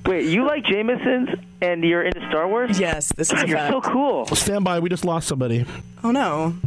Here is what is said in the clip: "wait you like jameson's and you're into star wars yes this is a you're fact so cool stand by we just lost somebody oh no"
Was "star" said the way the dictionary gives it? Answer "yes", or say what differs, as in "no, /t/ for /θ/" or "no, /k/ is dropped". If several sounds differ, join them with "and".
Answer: yes